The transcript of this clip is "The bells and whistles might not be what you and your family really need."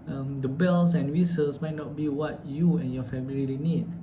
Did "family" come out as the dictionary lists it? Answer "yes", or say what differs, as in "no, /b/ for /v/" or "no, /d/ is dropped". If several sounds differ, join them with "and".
no, /l/ is dropped